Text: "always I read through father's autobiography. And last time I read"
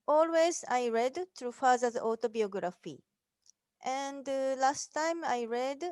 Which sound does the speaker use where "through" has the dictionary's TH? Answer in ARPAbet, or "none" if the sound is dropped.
T